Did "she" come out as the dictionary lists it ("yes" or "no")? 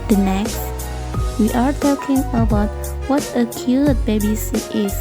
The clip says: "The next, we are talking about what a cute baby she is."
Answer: no